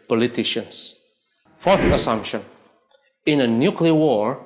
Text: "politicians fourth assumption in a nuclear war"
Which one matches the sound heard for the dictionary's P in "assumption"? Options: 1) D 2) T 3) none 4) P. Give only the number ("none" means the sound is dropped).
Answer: 4